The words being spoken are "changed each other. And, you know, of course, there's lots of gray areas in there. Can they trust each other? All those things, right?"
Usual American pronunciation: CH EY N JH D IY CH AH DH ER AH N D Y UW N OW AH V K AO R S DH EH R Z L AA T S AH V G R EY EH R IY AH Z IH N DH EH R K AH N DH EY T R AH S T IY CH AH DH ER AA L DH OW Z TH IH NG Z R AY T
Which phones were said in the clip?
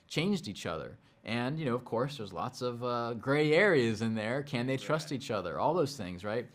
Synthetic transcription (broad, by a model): CH EY N JH D IY CH AH DH ER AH N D Y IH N OW AH V K AO R S DH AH R Z L AA T S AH V G R EY EH R IY AH Z IH N DH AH R K AH N DH EY T R AH S T IY CH AH DH ER AA L DH OW Z TH IH NG Z R AY T